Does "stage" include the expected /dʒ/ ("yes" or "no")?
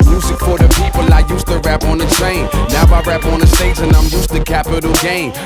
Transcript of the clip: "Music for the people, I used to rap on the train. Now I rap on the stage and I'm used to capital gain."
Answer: no